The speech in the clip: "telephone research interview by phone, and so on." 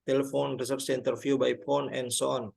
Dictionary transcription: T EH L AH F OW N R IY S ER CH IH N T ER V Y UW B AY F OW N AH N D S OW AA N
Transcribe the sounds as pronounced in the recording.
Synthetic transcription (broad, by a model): T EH L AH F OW N R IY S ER S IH N T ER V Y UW B AY P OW N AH N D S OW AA N